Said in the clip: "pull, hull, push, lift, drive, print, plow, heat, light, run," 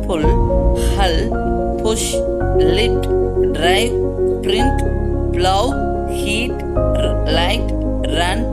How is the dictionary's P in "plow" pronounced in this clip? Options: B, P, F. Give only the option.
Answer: B